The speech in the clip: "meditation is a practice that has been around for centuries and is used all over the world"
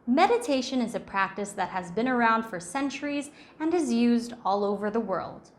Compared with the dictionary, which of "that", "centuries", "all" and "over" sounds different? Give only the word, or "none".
none